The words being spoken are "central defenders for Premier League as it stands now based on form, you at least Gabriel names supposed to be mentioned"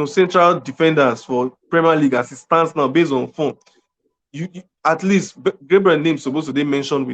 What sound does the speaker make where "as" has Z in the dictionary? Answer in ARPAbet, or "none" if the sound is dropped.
S